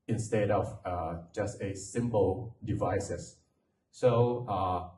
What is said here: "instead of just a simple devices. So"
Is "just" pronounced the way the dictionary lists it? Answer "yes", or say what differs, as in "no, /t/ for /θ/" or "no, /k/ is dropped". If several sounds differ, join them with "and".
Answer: yes